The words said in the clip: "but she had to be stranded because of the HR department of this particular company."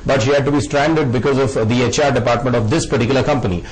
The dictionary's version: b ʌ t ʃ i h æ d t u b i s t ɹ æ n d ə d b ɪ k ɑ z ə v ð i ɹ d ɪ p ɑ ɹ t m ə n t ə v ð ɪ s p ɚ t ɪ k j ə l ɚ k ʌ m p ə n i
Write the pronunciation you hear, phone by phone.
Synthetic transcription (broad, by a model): b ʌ t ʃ i h æ d t u b i s t ɹ æ n d ə d b ɪ k ɑ z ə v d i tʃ d ɪ p ɑ ɹ t m ə n t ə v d ɪ s p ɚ t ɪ k j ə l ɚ k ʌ m p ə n i